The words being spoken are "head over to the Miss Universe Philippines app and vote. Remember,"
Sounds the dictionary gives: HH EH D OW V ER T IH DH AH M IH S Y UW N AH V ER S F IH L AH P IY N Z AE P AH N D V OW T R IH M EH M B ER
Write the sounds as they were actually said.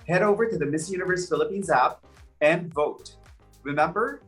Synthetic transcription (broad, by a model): HH EH D OW V ER T IH DH AH M IH S Y UW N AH V ER S F IH L AH P IY N Z AE P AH N V OW T R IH M EH M B ER